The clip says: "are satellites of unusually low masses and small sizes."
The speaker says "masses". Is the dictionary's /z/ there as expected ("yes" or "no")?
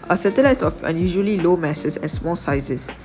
no